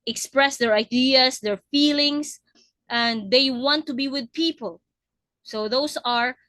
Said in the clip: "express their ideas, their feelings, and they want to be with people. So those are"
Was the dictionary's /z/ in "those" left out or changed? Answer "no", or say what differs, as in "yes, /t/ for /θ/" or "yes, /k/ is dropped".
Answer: yes, /s/ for /z/